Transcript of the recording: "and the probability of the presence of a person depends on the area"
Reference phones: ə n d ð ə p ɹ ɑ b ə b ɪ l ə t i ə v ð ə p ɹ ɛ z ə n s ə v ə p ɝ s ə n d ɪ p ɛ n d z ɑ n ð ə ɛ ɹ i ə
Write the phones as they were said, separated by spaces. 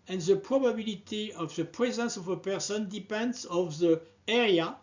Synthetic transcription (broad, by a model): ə n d ð ə p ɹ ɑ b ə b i l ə t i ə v ð ə p ɹ ɛ z ə n s ə v ə p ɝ s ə n d ɪ p ɛ n d z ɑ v ð ə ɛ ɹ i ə